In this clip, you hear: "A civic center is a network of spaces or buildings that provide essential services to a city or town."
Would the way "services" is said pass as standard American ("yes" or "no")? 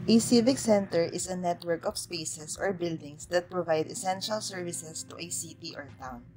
no